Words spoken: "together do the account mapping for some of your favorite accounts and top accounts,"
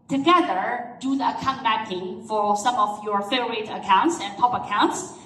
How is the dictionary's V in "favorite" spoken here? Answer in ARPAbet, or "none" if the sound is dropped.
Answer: none